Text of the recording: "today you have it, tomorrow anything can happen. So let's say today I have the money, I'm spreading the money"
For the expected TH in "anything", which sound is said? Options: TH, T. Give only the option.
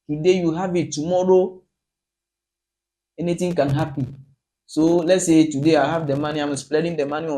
T